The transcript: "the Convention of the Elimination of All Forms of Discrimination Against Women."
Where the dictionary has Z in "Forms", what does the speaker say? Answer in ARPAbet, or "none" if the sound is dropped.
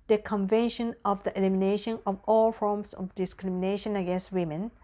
S